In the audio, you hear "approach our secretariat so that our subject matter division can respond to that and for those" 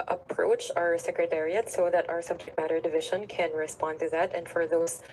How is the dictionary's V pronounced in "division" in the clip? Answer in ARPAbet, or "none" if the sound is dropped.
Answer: V